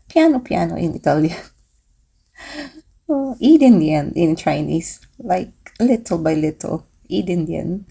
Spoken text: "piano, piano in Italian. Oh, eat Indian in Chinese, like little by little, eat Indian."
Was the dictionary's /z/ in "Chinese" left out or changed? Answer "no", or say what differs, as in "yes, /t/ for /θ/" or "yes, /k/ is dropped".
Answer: yes, /s/ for /z/